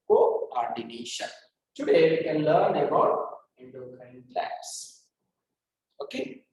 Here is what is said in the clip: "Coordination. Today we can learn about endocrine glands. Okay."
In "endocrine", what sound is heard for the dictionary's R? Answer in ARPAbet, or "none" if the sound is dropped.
none